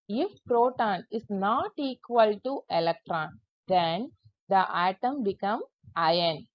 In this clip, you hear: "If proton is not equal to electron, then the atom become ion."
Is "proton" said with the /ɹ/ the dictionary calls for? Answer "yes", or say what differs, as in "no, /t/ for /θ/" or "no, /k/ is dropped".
yes